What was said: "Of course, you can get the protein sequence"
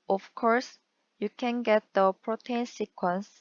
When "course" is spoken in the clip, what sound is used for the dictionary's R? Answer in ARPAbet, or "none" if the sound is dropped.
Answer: R